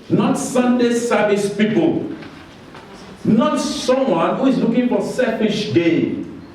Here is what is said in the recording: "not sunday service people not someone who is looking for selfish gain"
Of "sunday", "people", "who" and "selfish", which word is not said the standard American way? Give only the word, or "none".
selfish